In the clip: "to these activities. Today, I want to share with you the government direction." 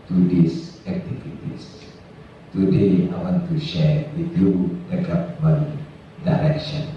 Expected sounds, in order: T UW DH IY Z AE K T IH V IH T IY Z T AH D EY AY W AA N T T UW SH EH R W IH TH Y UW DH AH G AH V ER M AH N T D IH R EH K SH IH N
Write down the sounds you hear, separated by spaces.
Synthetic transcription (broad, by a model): T UW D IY S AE K T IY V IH T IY S T AH D EY AY W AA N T T UW SH EH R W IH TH Y UW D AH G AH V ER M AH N D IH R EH K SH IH N